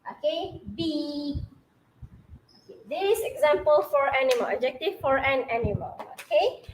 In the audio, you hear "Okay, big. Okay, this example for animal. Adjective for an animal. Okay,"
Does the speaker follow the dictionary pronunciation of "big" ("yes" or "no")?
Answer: no